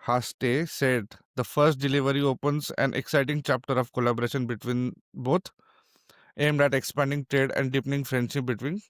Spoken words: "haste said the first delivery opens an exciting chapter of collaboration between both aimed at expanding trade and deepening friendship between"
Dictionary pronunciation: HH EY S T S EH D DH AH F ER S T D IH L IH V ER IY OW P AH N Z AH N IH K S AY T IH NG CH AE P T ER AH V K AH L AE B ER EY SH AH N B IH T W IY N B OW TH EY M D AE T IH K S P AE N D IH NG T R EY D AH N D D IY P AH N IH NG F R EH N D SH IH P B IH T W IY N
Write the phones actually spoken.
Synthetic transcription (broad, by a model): HH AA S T S EH D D AH F ER S T D IH L IH V ER IY OW P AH N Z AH N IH K S AY T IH NG CH AE P T ER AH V K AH L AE B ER EY SH AH N B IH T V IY N B OW T EY M D AE T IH K S P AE N D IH NG T R EY D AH N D D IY P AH N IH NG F R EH N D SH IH B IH T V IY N